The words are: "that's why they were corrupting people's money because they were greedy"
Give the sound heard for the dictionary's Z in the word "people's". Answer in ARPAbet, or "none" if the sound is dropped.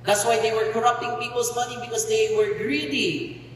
S